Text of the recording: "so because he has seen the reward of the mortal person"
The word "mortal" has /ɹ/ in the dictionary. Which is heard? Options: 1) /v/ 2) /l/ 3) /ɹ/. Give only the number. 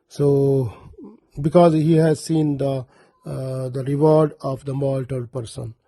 2